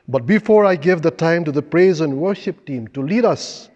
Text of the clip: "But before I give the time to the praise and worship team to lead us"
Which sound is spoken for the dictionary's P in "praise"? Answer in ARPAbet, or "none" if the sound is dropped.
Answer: P